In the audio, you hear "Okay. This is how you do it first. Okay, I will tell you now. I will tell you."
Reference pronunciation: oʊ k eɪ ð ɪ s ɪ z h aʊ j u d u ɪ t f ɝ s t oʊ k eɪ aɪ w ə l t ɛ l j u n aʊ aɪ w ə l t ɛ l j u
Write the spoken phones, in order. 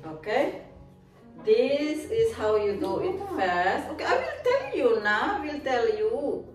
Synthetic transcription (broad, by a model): oʊ k eɪ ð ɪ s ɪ s h aʊ j u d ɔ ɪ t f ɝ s oʊ k eɪ aɪ w ə l t ɛ l j u n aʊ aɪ w ə l t ɛ l j u